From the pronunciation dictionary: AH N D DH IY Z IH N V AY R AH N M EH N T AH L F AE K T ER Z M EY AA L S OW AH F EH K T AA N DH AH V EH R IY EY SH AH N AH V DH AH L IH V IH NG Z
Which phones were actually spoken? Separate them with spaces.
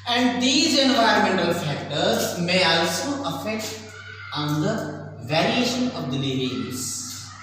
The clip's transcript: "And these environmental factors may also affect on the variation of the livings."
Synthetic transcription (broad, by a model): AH N D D IY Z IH N V AY AH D M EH N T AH L F AE K T ER Z M EY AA L S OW AH F EH K T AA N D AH V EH R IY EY SH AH N AH V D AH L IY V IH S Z